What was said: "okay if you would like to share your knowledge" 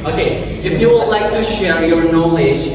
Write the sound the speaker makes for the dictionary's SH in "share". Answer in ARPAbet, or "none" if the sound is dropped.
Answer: SH